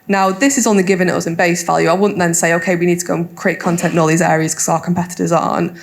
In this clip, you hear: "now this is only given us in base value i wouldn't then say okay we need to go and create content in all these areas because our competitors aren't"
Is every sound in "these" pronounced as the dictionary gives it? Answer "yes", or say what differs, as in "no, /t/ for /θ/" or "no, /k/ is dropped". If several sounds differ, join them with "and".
yes